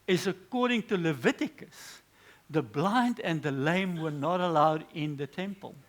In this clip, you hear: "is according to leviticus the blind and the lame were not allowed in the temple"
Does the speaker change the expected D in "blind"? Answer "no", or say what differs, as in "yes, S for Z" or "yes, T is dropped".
no